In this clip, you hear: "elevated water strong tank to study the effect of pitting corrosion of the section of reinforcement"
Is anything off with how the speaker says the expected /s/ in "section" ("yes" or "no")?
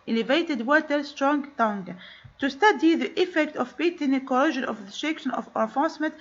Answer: yes